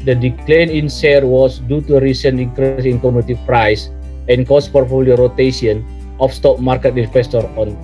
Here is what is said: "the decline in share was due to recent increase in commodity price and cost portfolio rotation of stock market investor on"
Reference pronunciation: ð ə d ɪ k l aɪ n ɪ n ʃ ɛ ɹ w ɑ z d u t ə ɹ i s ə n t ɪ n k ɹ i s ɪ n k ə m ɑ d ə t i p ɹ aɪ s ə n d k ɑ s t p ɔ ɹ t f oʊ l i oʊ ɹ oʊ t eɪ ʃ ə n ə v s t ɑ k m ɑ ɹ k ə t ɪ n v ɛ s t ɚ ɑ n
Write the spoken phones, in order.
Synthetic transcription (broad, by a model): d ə d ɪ k l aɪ n ɪ n s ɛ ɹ w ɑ s d u t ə ɹ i s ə n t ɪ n k ɹ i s ɪ n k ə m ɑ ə t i p ɹ aɪ s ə n k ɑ s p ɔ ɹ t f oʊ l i ɹ oʊ t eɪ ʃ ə n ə f s t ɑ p m ɑ ɹ k ə t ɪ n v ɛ s t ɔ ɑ n